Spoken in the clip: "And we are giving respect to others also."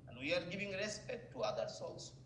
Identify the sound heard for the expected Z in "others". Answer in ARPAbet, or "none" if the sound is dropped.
S